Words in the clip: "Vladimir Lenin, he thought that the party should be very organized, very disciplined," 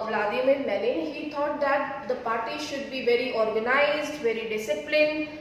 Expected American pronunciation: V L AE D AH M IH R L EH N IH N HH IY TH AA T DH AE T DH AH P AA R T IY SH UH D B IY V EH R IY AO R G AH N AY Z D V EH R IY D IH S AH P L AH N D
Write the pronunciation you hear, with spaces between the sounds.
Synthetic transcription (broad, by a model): V L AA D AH M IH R N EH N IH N HH IY T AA T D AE T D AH P AA R T IY SH UH D B IY V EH R IY AO R G AH N AY Z D V EH R IY D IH S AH P L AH N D